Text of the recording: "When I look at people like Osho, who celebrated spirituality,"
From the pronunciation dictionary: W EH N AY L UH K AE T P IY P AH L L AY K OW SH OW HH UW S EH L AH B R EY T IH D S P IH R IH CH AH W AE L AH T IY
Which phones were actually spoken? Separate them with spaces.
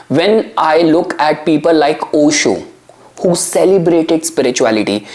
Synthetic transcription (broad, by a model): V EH N AY L UH K AE T P IY P AH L L AY K OW SH OW HH UW S EH L AH B R EY T IH D S P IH R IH CH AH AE L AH T IY